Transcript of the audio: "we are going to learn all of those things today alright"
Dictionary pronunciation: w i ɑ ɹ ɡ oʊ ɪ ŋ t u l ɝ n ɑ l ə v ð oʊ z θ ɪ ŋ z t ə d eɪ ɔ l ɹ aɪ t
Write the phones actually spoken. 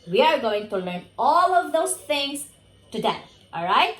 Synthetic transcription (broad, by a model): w i ɑ ɹ ɡ oʊ ɪ ŋ t u l ɝ n ɑ l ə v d oʊ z t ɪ ŋ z t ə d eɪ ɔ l ɹ aɪ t